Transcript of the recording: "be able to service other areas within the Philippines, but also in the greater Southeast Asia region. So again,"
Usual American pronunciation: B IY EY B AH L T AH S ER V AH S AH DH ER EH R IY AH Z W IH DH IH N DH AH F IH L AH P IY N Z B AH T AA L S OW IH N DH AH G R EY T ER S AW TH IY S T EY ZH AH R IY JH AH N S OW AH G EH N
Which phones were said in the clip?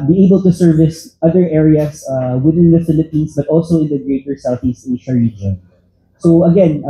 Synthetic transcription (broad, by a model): B IY EY B AH L T AH S ER V AH S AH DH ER EH R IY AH S W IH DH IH N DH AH F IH L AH P IY N S B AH T AA L S OW IH N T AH G R EY T ER S AW TH IY S T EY SH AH R IY JH AH N S OW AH G EH N